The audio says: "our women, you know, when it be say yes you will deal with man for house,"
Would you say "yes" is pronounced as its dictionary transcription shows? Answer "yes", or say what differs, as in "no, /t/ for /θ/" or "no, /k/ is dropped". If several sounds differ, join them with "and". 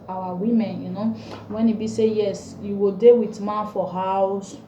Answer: yes